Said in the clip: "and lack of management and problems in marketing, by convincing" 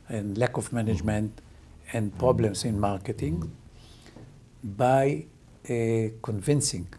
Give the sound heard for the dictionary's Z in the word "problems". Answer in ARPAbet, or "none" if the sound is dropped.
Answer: S